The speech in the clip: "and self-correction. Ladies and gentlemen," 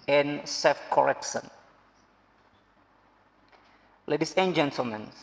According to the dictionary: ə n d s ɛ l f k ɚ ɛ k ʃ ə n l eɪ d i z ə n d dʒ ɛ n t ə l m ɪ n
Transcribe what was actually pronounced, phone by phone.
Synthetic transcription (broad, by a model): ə n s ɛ f k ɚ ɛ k s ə n l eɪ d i s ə n dʒ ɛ n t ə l m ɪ n